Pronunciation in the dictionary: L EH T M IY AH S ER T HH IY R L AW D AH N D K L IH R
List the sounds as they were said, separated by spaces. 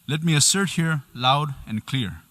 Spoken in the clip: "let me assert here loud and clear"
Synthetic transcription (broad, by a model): L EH T M IY AH S ER T HH IY R L AW D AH N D K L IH R